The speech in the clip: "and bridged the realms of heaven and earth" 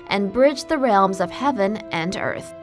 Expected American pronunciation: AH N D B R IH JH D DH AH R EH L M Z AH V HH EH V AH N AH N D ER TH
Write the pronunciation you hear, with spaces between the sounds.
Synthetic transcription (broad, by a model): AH N B R IH JH DH AH R EH L M Z AH V HH EH V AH N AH N ER TH